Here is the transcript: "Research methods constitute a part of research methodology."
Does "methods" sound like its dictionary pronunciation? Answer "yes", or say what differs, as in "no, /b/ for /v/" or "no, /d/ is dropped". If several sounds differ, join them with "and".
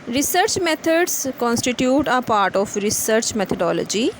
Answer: no, /t/ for /θ/